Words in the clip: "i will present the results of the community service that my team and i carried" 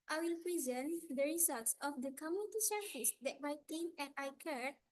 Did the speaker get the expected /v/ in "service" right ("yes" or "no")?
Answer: no